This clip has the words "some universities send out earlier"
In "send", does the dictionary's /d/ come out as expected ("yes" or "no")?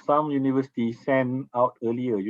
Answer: no